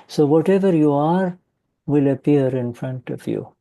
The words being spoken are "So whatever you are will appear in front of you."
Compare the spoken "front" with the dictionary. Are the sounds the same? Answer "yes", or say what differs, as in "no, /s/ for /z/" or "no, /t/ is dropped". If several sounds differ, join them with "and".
yes